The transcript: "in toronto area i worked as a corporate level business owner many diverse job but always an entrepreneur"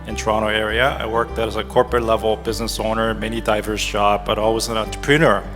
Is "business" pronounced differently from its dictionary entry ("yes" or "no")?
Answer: no